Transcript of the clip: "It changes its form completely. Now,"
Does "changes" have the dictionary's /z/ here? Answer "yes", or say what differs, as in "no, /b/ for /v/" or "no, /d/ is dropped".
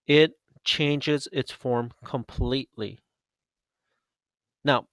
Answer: yes